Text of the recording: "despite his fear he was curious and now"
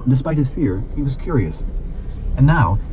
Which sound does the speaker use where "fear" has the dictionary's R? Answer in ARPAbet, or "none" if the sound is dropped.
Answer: R